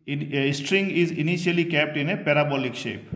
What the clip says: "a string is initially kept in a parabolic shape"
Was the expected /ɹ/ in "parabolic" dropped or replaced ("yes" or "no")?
no